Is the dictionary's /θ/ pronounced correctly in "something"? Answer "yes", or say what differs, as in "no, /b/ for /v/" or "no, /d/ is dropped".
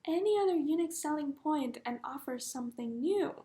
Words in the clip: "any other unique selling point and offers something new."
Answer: yes